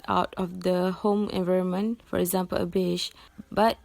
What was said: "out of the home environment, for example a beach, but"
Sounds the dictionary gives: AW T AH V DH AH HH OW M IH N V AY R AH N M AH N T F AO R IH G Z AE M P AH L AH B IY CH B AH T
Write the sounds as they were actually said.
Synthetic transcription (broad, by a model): AW T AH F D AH HH OW M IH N V AY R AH N M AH N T F AO R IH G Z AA M P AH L AH B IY SH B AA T